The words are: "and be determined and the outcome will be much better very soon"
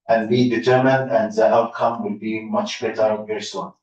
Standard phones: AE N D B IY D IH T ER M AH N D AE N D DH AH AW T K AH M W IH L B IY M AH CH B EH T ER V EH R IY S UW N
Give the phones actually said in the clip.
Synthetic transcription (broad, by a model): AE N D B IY D IH T ER M AH N D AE N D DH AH AW T K AH M W IH L B IY M AH CH B EH T ER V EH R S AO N